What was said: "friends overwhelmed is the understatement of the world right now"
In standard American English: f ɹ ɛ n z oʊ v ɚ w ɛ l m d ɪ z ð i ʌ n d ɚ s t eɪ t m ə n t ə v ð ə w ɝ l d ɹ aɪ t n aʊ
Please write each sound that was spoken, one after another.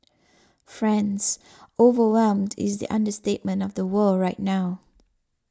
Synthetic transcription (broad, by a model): f ɹ ɛ n z oʊ v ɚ w ɛ l m d ɪ z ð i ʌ n d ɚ s t eɪ t m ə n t ə v ð ə w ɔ ɹ aɪ t n aʊ